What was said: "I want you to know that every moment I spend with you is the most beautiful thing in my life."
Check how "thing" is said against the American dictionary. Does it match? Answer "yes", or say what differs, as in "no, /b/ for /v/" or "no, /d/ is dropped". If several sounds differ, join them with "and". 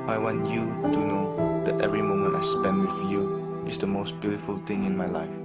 no, /t/ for /θ/